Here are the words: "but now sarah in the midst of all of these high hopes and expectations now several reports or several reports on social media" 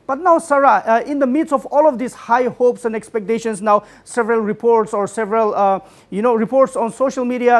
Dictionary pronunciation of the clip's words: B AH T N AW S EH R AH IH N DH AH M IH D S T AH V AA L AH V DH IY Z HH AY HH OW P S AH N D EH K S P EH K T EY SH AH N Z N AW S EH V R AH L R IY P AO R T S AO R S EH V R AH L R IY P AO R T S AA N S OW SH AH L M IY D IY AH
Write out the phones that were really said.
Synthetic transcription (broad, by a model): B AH T N AW S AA R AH IH N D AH M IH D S AH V AA L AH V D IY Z HH AY HH OW P S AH N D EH K S P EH K T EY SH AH N S N AW S EH V R AH L R IY P AO R T S AO R S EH V R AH L R IY P AO R T S AA N S OW SH AH L M IY D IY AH